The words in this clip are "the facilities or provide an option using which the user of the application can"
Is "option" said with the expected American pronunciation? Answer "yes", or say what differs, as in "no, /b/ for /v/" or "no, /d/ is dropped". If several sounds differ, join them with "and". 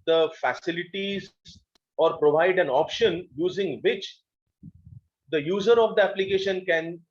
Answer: yes